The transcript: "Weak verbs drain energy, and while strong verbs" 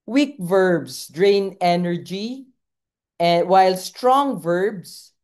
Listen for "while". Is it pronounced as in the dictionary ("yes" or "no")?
yes